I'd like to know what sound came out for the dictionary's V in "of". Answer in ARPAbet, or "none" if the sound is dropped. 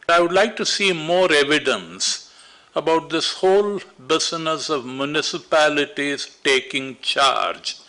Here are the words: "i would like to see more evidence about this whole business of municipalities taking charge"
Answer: V